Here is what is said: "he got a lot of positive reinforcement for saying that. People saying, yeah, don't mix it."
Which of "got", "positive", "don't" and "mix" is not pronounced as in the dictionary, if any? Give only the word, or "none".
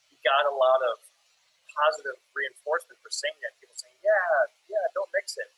none